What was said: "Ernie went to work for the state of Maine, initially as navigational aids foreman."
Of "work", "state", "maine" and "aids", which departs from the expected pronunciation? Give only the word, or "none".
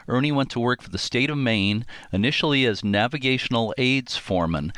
none